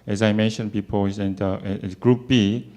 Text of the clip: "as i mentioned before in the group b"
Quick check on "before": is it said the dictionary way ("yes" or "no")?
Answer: no